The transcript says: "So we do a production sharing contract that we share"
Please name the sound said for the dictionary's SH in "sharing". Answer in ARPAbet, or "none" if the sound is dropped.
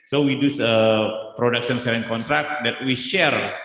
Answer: S